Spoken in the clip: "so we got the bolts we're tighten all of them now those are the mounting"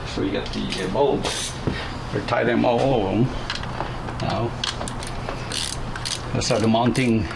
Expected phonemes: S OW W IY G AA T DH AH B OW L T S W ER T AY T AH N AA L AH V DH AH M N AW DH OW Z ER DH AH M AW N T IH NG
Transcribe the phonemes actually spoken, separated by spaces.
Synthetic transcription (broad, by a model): S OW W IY G AA T DH AH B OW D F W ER T AY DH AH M AA L AH V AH M N AW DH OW S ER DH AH M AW N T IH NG